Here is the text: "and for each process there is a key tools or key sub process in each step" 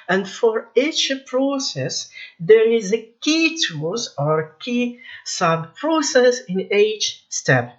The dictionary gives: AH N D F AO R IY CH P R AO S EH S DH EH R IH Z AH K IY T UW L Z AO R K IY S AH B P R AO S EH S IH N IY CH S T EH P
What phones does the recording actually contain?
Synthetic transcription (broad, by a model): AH N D F AO R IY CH P R AO S EH S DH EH R IH Z AH K IY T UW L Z AO R K IY S AH B P R AO S EH S IH N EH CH S T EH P